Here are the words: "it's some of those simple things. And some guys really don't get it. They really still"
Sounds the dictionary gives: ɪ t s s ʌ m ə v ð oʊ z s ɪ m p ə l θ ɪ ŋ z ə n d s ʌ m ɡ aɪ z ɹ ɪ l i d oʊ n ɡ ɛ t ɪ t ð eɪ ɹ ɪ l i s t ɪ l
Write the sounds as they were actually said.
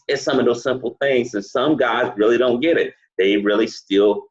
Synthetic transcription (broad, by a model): ɪ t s s ʌ m ə v ð oʊ z s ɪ m p l θ ɪ ŋ z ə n s ʌ m ɡ aɪ z ɹ ɪ l i d oʊ n ɡ ɛ t ɪ t ð eɪ ɹ ɪ l i s t ɪ l